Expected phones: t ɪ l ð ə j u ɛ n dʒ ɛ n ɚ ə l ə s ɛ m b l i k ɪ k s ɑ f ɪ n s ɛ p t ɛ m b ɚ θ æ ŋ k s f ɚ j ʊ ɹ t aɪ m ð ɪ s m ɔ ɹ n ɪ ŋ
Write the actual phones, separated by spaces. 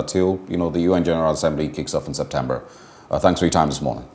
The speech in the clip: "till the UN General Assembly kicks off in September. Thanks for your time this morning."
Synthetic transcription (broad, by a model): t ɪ l ð ə j u ɛ n dʒ ɛ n ɚ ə l ə s ɛ m b l i k ɪ k s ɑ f n s ɛ p t ɛ m b ɚ θ æ ŋ k s f ɚ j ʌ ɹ t aɪ m ð ɪ s m ɔ ɹ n ɪ ŋ